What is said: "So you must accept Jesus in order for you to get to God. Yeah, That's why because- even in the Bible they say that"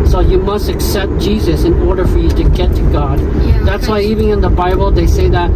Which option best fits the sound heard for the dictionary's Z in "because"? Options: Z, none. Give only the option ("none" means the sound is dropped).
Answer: none